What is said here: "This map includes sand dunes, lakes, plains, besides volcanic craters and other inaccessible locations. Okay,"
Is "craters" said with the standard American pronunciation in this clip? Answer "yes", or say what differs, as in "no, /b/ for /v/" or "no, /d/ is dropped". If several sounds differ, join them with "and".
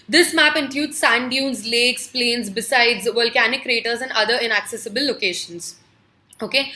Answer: yes